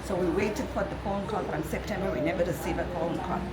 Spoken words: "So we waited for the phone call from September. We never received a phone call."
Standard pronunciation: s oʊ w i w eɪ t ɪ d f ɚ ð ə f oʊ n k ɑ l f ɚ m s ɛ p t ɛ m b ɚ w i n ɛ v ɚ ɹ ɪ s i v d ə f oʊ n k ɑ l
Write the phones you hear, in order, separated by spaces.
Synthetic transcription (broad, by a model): s oʊ w i w eɪ t ɪ d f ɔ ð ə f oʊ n k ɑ n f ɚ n s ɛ p t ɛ m b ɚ w i n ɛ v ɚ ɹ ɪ s i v ə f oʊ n k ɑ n